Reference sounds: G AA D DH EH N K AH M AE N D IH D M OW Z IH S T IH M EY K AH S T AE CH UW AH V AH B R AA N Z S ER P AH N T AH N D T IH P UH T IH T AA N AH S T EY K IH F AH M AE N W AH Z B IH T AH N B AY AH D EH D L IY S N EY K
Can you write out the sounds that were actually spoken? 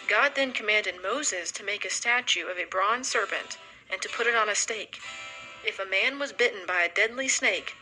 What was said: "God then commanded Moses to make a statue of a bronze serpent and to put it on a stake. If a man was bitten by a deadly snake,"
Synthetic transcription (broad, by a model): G AA D DH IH N K AH M AE N D IH D M OW Z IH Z T IH M EY K AH S T AE CH UW AH V AH B R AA N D S ER P AH N T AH N T IH P UH T IH T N AH S T EY K IH F AH M AE N W AH Z B IH T N B AY AH D EH D L IY S N EY K